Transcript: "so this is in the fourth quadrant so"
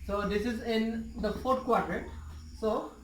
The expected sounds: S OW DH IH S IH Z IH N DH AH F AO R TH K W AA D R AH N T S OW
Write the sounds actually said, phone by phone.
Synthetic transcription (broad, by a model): S OW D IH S IH Z IH N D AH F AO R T K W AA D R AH T S OW